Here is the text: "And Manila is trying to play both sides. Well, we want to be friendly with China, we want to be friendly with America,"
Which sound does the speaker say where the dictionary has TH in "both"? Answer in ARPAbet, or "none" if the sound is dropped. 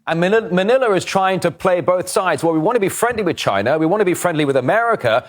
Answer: TH